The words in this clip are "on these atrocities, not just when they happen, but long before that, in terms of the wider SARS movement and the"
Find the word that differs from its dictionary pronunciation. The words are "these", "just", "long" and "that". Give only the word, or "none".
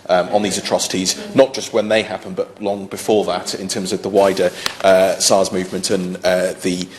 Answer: none